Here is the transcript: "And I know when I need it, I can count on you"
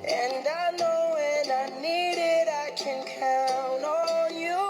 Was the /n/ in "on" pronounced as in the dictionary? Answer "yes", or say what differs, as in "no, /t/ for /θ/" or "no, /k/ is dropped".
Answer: no, /l/ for /n/